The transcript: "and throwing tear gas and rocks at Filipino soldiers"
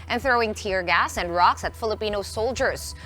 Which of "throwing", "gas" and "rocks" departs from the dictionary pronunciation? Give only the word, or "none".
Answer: none